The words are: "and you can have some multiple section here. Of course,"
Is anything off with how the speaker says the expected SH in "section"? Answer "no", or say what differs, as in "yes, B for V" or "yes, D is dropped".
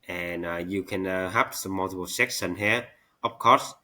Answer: yes, S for SH